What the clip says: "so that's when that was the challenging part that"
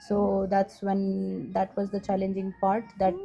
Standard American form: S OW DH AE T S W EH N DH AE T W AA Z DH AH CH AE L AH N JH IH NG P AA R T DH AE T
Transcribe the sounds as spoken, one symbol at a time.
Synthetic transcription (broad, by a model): S OW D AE T S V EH N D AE T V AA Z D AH CH AE L AH N JH IH NG P AA R T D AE T